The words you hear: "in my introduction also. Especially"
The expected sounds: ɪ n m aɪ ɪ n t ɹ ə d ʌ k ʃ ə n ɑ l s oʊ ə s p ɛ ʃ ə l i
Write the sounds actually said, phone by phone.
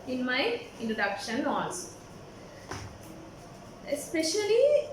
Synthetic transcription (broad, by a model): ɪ n m aɪ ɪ n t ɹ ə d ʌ k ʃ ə n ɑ n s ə s p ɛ ʃ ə l i